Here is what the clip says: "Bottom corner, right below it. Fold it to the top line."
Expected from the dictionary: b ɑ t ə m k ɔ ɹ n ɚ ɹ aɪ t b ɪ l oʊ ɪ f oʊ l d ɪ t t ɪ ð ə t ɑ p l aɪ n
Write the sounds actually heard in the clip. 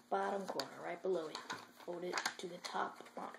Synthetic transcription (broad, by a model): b ɑ t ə m k ɔ ɹ n ɚ ɹ aɪ t b ɪ l oʊ ɪ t oʊ d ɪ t t ɪ ð ə t ɑ p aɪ